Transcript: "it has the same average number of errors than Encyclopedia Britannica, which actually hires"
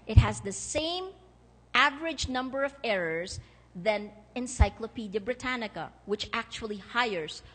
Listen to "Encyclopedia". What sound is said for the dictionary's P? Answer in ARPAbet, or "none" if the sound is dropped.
P